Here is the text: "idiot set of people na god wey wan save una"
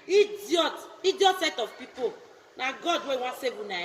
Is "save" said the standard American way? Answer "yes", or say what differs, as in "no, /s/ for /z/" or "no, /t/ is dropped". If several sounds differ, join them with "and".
no, /w/ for /v/